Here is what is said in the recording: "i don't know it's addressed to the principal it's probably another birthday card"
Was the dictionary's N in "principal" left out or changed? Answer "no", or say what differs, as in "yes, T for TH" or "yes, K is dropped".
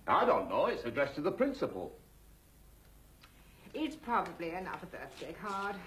no